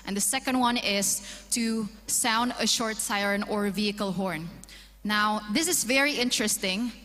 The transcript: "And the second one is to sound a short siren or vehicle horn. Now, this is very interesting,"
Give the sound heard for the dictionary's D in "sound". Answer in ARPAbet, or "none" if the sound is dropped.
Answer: D